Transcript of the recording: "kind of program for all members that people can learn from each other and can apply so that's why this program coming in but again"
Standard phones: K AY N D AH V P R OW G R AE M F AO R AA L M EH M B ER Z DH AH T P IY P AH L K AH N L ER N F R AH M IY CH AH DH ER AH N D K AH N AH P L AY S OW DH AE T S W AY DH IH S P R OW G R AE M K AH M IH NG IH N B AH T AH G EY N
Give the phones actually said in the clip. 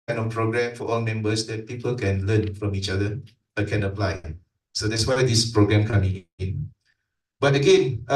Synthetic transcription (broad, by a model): AY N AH F P R OW G R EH M F AO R AA L M EH M B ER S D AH T P IY P AH L K AH N L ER N F R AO M IY CH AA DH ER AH K AH N AH P L AY S OW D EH T S W AY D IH S P R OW G R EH M K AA M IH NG IH N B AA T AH G EY N